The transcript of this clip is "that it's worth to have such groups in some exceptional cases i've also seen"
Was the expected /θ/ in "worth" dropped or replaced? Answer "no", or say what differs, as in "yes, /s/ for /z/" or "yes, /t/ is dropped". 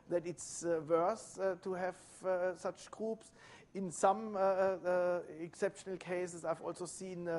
yes, /s/ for /θ/